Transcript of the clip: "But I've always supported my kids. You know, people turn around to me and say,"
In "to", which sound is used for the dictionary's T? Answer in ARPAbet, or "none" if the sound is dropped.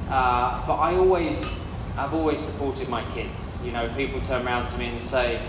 T